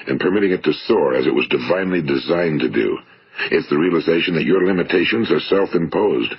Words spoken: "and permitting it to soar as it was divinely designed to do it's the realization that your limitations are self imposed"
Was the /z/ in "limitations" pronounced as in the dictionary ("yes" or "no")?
yes